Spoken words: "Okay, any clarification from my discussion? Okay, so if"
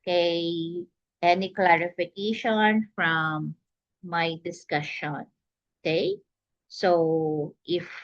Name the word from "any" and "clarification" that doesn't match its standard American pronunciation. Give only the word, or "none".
none